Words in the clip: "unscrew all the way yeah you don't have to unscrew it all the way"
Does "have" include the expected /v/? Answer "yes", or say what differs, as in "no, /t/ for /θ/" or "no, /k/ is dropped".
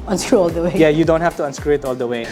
no, /f/ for /v/